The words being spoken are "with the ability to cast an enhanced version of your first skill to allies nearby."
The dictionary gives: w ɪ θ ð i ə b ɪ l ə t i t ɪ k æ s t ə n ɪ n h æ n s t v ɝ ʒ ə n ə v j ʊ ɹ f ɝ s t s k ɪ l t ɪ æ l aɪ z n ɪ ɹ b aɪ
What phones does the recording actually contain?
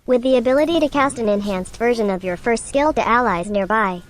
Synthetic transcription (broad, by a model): w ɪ ð i ə b ɪ l ə t i t ɪ k æ s t ə n ɪ n h æ n s t v ɝ ʒ ə n ə v j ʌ ɹ f ɝ s t s k ɪ l t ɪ æ l aɪ z n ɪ ɹ b aɪ